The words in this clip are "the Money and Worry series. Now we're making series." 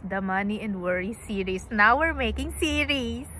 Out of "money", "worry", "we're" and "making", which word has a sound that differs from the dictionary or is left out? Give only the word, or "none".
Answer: none